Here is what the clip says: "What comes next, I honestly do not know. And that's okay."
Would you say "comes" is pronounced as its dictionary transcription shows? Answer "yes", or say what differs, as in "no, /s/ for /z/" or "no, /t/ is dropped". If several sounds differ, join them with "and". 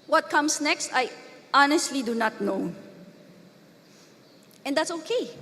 no, /s/ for /z/